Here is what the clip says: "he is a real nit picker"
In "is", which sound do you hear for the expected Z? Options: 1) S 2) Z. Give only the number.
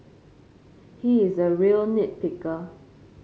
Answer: 2